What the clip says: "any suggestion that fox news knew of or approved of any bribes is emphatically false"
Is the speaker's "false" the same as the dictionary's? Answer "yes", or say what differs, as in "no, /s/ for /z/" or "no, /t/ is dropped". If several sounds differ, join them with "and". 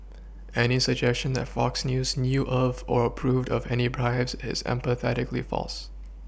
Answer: yes